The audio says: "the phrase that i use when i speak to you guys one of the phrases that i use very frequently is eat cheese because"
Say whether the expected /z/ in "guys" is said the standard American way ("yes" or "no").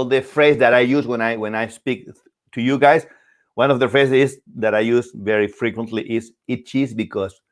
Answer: no